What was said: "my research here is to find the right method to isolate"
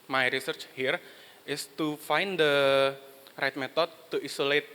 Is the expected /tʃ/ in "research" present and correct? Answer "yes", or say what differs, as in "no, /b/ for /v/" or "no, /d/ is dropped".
yes